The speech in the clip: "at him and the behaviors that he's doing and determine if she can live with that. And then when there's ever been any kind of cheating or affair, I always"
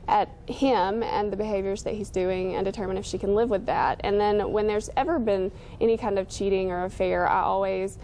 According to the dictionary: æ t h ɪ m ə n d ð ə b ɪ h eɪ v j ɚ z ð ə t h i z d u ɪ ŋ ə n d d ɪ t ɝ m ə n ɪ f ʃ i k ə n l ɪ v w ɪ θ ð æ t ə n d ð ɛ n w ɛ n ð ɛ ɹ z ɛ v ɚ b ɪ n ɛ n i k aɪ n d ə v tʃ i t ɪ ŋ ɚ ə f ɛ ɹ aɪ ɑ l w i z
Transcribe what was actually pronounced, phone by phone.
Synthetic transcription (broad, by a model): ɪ t h ɪ m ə n ð ə b ɪ h eɪ v j ɚ z ð ə t h i z d u ɪ ŋ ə n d d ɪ t ɝ m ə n ɪ f ʃ i k ə n l ɪ v w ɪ ð æ t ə n ð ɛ n w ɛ n ð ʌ ɹ z ɛ v ɚ b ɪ n ɛ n i k aɪ n d ə v tʃ i t ɪ ŋ ɚ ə f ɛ ɹ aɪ ɑ l w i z